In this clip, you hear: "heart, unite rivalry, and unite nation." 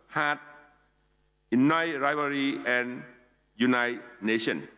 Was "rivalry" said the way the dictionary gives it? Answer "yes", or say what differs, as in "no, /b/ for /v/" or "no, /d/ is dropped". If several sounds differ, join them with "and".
no, /l/ is dropped